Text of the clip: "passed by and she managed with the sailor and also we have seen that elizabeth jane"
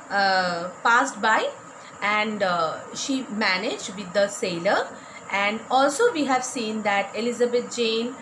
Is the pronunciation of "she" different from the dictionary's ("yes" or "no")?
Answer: no